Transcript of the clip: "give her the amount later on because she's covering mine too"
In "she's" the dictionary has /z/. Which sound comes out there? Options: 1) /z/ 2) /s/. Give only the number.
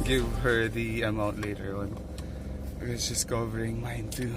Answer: 2